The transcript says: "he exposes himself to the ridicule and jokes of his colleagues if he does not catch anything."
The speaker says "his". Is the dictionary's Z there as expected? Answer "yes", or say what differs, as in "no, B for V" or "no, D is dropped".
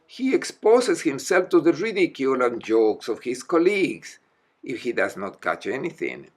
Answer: no, S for Z